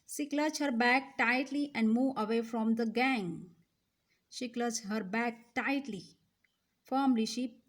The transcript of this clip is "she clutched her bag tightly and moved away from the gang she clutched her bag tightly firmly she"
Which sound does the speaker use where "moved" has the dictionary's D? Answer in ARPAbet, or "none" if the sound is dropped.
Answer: none